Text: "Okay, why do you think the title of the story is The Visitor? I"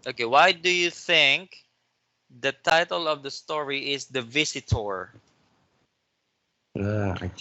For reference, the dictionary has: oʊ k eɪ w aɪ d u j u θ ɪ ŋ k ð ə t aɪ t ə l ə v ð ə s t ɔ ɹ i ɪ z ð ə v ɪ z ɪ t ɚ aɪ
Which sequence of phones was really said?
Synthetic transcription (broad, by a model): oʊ k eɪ w aɪ d u j u θ ɪ ŋ k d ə t aɪ t ə l ə v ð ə s t ɔ ɹ i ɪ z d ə v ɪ s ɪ t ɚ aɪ